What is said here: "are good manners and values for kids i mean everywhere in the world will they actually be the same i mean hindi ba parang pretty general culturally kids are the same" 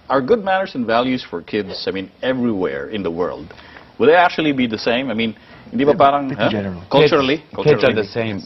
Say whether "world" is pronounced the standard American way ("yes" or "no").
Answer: yes